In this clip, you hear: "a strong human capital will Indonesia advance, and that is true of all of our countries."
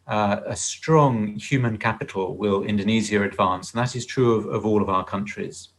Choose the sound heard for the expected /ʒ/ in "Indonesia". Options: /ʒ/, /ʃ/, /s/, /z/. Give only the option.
/z/